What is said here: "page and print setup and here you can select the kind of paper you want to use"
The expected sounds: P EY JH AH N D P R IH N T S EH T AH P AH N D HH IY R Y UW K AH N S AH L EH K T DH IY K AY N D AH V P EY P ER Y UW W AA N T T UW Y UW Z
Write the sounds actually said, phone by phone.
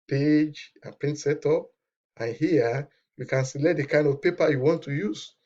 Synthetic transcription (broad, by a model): P EY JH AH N P R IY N T S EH T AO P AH N HH IY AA Y UW K AH N S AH L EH T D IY K AY N D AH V P EY P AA Y UW W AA N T T UW Y UW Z